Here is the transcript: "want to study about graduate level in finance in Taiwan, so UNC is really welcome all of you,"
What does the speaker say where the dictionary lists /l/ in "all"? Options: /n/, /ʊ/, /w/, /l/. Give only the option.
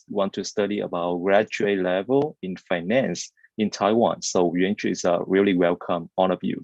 /n/